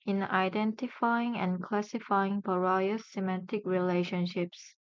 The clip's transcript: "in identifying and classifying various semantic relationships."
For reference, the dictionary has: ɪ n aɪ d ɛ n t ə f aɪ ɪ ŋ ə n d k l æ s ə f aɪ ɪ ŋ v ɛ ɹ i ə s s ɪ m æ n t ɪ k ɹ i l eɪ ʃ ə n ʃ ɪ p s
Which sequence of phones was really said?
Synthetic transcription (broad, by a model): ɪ n aɪ d ɛ n t ə f aɪ ɪ ŋ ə n k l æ s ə f aɪ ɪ ŋ b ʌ ɹ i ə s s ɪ m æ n t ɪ k ɹ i l eɪ ʃ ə n ʃ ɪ p s